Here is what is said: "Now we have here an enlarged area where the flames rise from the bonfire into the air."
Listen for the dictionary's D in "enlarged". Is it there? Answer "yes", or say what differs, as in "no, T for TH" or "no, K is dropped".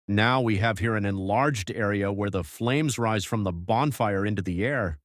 yes